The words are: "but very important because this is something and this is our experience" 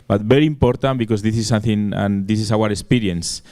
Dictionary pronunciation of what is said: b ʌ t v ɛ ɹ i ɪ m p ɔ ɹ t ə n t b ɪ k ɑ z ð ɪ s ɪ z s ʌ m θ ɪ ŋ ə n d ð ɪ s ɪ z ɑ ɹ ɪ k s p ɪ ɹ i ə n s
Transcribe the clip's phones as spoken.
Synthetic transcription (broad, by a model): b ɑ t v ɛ ɹ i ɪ m p ɔ ɹ t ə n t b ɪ k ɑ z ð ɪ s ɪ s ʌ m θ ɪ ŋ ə n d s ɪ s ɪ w ɑ ɹ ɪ k s p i ɹ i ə n s